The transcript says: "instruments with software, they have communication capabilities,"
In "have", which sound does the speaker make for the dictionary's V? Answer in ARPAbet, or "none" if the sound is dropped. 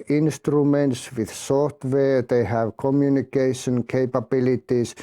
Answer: V